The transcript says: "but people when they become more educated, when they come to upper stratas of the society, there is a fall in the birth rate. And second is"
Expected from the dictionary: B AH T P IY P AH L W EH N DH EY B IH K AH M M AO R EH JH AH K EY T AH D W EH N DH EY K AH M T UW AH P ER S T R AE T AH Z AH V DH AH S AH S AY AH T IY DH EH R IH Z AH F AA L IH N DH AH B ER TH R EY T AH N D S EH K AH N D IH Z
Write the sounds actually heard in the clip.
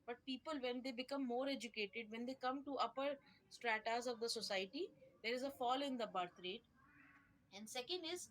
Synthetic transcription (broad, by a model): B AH T P IY P AH L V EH N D EY B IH K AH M M AO R EH JH AH K EY T AH D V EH N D EY K AH M T UW AH P ER S T R AE T AH Z AH V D AH S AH S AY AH T IY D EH R IH Z AH F AA L IH N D AH B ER T R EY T AH N D S EH K AH N D IH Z